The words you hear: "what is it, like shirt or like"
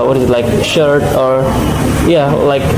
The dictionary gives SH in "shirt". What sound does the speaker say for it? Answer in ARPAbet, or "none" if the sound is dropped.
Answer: SH